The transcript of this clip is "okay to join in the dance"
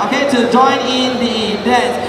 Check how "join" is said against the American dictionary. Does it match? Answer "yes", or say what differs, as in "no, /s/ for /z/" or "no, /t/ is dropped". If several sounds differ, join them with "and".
yes